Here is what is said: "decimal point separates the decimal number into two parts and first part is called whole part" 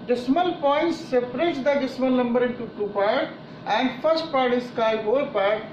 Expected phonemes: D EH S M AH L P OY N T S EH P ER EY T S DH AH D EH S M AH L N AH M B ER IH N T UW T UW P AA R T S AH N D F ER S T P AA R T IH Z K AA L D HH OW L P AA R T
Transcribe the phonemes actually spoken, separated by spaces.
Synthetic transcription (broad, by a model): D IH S M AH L P OY N T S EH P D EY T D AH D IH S M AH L N AH M B ER IH N T UW T UW P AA R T AH N D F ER S T P AA R T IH S K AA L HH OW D P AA R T